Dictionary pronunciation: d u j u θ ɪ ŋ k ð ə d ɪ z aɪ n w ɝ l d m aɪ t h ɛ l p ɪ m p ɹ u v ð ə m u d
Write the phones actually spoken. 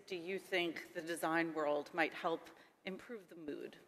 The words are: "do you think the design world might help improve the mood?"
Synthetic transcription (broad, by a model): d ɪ j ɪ θ ɪ ŋ k ð ə d ɪ z aɪ n w ɝ l d m aɪ t h ɛ l p ɪ m p ɹ u v ð ə m u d